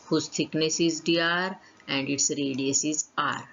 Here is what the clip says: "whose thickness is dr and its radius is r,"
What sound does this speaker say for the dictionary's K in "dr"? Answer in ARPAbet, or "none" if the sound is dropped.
none